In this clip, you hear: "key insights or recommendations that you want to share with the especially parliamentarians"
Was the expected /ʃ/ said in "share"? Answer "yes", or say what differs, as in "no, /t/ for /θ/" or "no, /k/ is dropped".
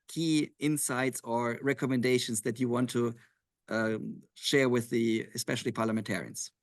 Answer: yes